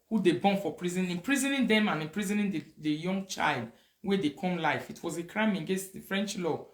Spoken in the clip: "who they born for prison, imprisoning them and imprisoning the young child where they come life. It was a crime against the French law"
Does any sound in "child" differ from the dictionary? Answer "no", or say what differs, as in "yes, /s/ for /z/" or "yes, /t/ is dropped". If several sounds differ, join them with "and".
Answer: no